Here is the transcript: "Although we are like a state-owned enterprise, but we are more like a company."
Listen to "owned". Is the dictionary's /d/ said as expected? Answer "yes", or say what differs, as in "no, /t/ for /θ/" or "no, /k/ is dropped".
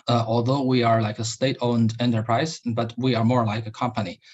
yes